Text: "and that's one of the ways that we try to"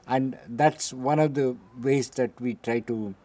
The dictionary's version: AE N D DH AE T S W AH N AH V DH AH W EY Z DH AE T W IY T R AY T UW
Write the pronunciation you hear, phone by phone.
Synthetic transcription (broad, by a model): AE N D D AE T S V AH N AH V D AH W EY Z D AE T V IY T R AY T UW